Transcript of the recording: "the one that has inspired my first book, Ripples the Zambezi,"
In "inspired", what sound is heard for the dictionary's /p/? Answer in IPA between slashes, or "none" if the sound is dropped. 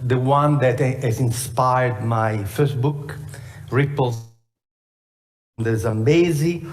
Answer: /p/